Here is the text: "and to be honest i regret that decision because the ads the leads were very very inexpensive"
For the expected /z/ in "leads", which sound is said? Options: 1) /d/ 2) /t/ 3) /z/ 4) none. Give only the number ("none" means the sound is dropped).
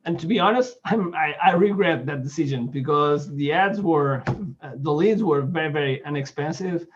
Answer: 3